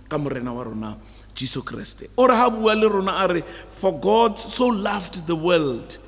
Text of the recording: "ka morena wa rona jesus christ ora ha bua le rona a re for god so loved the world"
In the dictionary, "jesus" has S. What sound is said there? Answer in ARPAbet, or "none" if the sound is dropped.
none